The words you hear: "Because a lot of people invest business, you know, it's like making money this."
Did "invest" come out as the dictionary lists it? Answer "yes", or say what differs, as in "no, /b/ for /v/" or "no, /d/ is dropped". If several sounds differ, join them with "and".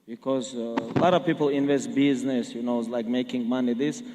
yes